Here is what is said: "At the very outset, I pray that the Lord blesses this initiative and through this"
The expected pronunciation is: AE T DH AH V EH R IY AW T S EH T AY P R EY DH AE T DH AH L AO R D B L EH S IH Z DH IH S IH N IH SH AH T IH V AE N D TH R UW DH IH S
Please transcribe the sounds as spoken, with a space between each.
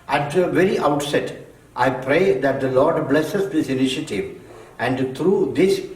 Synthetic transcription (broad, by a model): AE T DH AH V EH R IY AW T S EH T AY P R EY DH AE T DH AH L AO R D B L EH S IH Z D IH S IH N IH SH AH T IH V AE N D T R UW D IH S